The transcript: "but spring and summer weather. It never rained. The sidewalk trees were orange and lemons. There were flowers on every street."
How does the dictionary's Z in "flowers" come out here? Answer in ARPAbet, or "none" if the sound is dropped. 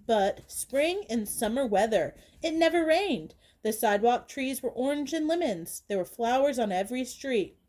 Z